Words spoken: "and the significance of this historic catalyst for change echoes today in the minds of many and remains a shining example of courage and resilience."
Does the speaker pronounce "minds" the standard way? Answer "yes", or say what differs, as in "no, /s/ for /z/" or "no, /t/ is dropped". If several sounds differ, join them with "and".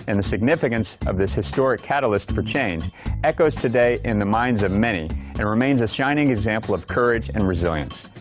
yes